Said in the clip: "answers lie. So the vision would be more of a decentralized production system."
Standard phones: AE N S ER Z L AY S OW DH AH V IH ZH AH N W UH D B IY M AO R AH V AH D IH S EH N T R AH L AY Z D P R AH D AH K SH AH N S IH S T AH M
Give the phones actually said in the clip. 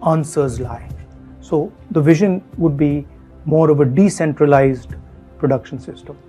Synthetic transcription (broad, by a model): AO N S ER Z L AY S OW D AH V IH ZH AH N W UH D B IY M AO R AH V AH D IH S EH N T R AH L AY Z D P R AH D AH K SH AH N S IH S T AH M